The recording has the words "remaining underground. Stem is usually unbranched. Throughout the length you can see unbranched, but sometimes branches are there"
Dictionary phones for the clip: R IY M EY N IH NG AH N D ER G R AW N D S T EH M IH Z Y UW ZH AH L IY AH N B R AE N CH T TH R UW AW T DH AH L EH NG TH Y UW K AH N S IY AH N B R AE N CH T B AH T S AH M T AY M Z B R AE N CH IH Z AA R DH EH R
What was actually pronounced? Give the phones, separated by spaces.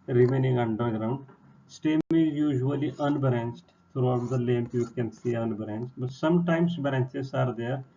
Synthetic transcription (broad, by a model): R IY M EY N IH NG AH N D ER G R AW N D S T EH M IH Z Y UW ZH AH L IY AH N B R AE N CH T T R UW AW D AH L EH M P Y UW K AH N S IY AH N B R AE N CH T B AH T S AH M T AY M S B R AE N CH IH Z AA R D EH R